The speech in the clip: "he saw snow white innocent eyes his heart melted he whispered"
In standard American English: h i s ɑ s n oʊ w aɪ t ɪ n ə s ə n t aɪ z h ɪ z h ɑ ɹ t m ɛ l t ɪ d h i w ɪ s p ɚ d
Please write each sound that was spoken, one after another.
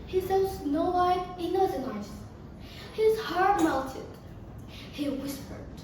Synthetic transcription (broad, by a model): h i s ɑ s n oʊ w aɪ ɪ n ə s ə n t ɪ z h ɪ z h ɑ ɹ t m ɛ l t ɪ d h i w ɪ s p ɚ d